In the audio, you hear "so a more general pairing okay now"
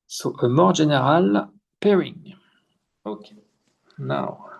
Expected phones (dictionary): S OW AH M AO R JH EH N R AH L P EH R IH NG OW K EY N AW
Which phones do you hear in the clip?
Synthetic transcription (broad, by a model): S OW AH M AO R ZH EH N R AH L P EH R IH NG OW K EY N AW